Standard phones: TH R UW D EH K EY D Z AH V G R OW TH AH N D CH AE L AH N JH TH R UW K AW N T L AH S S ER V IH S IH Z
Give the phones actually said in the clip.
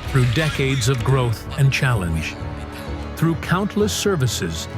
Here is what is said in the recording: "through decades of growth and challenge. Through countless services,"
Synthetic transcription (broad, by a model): TH R UW D EH K EY D Z AH V G R OW TH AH N CH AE L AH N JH TH R UW K AW N T L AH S S ER V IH S IH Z